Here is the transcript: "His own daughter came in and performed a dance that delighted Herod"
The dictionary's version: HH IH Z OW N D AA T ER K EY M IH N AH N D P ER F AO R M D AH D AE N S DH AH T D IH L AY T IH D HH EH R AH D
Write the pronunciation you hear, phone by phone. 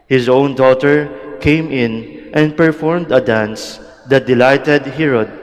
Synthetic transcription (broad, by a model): HH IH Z OW N D AA T ER K EY M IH N AH N D P ER F AO R M D AH D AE N S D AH T D IH L AY T IH D HH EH R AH D